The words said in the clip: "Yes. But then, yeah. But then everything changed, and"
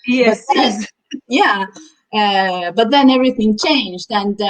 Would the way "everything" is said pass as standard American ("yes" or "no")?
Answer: yes